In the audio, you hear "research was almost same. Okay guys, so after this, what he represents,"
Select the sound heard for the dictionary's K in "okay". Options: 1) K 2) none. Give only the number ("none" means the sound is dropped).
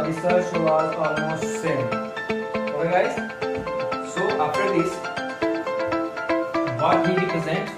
2